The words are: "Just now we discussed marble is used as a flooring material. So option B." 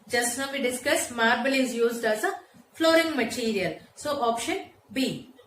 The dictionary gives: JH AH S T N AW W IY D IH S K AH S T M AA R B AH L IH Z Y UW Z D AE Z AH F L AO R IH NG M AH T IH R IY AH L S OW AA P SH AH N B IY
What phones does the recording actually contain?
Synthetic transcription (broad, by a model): JH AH S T N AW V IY D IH S K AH S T M AA R B AH L IH Z Y UW Z D AE Z AH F L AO R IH NG M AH T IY R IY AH L S OW AA P SH AH N B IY